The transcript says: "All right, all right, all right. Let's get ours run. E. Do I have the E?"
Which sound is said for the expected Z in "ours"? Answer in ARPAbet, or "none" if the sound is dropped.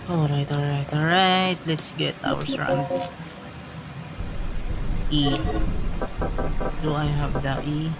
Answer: S